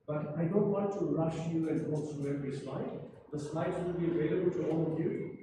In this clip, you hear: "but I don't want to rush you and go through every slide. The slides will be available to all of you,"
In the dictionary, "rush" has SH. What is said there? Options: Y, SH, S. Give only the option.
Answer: SH